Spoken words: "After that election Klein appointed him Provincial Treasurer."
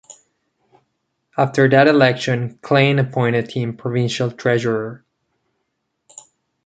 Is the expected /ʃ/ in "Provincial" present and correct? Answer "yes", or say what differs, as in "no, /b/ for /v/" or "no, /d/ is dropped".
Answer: yes